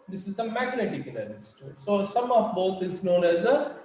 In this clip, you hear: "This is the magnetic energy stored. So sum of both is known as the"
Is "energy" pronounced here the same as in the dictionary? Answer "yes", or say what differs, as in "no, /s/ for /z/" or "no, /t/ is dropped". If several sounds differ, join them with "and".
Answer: no, /dʒ/ is dropped